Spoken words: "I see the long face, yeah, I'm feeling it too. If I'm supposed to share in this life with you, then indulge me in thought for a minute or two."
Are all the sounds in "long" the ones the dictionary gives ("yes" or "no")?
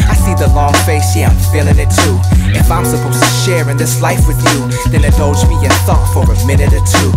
yes